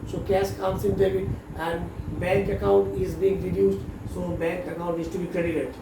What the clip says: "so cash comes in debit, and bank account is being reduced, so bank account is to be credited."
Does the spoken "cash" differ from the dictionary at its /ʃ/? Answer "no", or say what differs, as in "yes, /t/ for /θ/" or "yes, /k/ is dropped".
yes, /s/ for /ʃ/